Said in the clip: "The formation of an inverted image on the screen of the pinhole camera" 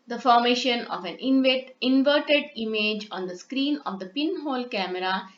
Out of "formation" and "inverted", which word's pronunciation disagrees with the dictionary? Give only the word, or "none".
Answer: none